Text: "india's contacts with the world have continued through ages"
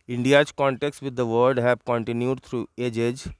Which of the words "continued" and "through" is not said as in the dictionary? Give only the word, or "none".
through